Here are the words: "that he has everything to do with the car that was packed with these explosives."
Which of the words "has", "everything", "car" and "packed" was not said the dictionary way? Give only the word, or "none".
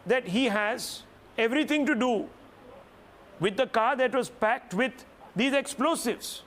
everything